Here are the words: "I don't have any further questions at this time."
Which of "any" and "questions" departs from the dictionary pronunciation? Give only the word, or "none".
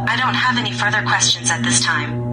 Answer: none